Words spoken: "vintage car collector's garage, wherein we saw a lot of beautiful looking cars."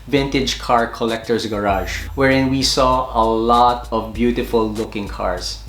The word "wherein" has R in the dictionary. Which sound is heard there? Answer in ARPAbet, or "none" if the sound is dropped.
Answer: R